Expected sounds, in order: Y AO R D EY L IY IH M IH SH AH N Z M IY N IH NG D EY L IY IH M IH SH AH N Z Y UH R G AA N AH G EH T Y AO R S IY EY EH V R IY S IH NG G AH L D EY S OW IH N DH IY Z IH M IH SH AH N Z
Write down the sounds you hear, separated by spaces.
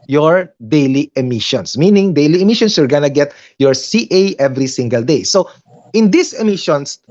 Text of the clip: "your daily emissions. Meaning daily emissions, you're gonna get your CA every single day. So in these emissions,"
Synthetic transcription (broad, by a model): Y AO R D EY L IY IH M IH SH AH N S M IY N IH NG D EY L IY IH M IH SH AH N S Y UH R G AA N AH G EH T Y AO R S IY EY EH V R IY S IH NG G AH L D EY S OW IH N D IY S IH M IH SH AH N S